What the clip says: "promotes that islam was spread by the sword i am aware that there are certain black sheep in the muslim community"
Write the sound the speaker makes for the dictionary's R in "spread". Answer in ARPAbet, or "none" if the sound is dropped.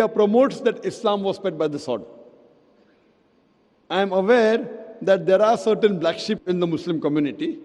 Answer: none